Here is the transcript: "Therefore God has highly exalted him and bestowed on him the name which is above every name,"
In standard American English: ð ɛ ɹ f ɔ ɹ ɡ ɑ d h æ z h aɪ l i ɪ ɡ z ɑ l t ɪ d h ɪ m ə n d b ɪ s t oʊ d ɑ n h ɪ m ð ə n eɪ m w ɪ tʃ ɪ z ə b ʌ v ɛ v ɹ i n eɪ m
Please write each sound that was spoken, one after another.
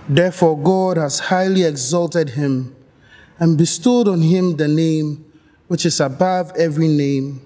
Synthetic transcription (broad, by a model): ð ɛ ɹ f ɔ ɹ ɡ ɑ d h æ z h aɪ l i ɪ ɡ z ɑ l t ɪ d h ɪ m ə n b ɪ s t oʊ d ɑ n h ɪ m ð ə n eɪ m w ɪ tʃ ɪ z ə b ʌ v ɛ v ɹ i n eɪ m